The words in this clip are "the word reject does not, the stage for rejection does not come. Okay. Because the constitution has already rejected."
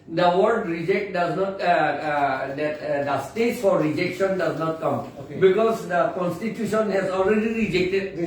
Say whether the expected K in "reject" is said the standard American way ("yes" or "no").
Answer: yes